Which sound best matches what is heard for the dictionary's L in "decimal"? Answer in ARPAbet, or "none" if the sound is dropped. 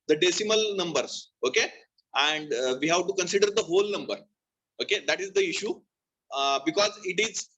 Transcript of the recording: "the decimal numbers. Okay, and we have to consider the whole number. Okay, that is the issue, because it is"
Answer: L